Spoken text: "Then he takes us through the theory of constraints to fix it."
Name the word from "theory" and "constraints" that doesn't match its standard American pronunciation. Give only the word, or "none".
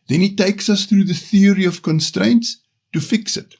none